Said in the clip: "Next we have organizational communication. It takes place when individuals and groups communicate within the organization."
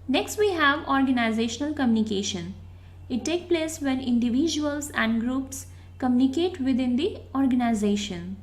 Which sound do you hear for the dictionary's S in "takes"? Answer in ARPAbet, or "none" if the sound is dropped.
none